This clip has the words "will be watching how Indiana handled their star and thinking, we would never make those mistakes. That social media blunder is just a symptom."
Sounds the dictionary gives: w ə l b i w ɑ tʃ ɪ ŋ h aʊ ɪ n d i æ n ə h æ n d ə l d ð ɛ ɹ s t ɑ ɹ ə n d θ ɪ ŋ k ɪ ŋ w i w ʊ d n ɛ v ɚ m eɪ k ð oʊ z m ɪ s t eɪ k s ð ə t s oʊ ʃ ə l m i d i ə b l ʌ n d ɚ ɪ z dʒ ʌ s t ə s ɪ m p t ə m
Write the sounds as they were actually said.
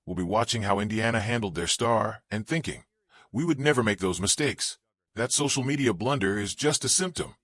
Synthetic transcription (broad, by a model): w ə l b i w ɑ tʃ ɪ ŋ h aʊ ɪ n d i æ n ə h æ n d l d ð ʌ ɹ s t ɑ ɹ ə n θ ɪ ŋ k ɪ ŋ w i w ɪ d n ɛ v ɚ m eɪ k ð oʊ z m ɪ s t eɪ k s ð ə t s oʊ ʃ l m i d i ə b l ʌ n d ɚ ɪ z dʒ ʌ s t ə s ɪ m p t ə m